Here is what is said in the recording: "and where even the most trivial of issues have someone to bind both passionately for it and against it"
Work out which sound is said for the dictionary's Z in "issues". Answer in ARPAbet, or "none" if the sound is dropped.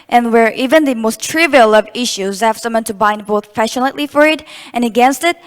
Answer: Z